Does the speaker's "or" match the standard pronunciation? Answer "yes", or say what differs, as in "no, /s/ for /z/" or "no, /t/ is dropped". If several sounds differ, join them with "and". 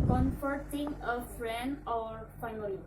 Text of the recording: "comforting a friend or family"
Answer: yes